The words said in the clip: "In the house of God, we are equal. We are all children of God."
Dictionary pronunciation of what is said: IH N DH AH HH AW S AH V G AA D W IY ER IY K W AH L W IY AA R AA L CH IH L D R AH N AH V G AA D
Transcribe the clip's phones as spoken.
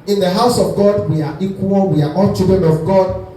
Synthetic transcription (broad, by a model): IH N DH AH HH AW S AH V G AA D W IY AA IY K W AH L W IY AA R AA N CH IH D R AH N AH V G AA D